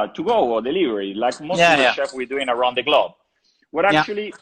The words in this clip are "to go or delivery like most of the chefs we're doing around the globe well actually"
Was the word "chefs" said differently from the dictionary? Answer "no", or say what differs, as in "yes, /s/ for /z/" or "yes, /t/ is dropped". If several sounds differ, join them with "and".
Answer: yes, /s/ is dropped